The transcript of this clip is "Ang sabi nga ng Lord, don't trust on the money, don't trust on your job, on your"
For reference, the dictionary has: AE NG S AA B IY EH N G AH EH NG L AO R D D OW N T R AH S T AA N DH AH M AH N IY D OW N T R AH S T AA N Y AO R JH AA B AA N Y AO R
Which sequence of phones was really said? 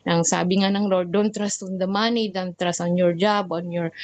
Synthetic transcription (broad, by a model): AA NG S AA B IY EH N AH NG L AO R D D OW N T R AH S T AA N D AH M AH N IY D OW N T R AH S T AA N Y AO R JH AA B AA N Y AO R